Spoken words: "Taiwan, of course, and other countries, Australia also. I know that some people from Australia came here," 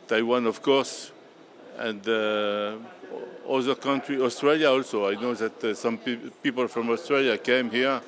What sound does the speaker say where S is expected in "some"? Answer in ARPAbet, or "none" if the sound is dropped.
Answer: S